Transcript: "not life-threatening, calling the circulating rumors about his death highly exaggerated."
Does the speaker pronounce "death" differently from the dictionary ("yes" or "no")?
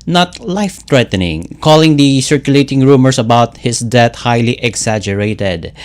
yes